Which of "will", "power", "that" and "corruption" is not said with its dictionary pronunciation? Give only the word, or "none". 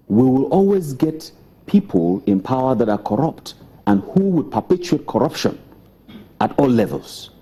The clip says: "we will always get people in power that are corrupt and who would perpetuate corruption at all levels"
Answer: none